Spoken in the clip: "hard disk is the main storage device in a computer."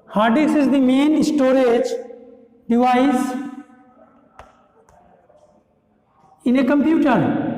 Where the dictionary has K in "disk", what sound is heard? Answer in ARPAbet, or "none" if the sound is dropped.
none